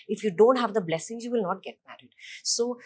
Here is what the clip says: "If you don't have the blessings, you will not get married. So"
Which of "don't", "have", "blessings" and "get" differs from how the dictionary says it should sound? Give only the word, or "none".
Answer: none